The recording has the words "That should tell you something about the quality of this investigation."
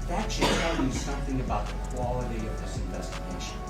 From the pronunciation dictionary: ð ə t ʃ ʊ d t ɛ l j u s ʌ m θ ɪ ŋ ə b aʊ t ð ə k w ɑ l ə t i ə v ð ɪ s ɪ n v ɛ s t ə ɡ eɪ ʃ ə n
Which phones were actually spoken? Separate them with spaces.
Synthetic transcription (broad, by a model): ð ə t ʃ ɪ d t ɛ l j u s ʌ m θ ɪ ŋ ə b aʊ t ð ə k w ɑ l ə t i ə v ð ɪ s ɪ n v ɛ s t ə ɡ eɪ ʃ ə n